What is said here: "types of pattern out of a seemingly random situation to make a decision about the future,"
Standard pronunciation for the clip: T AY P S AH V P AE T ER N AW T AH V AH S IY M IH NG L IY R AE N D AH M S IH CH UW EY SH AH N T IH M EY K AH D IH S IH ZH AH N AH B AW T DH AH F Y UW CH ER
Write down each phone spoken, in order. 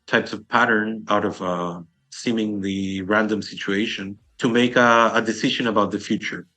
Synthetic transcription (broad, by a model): T AY P S AH V P AE T ER N AW T AH V AH S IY M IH NG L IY R AE N D AH M S IH CH UW EY SH AH N T IH M EY K AH D IH S IH ZH AH N AH B AW T DH AH F Y UW CH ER